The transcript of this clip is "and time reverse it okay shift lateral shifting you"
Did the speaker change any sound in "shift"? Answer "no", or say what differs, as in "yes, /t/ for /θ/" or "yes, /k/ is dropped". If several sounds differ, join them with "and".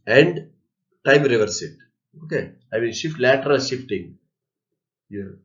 no